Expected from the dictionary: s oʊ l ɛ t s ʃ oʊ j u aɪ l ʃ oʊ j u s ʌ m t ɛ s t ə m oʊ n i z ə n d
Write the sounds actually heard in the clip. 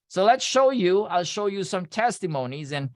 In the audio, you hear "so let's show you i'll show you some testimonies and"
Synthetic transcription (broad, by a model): s oʊ l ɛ t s ʃ oʊ j u aɪ l ʃ oʊ j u s ʌ m t ɛ s t ə m oʊ n i z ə n